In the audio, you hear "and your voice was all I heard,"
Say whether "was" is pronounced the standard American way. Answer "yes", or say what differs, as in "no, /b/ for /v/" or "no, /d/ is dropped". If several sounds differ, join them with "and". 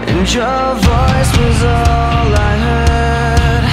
yes